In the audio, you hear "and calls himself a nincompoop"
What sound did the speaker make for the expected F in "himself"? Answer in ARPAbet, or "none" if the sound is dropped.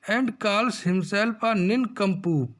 P